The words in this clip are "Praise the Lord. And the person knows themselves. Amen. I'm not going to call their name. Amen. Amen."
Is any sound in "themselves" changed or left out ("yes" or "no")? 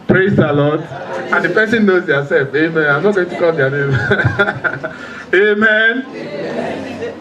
yes